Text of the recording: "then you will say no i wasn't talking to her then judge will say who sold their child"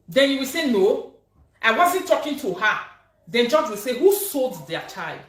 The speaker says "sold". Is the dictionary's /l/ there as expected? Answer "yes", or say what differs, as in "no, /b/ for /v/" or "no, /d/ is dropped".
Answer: yes